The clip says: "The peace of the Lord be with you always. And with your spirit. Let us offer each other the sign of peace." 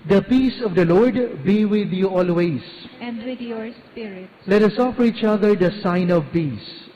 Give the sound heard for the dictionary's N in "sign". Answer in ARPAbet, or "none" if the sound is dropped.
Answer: N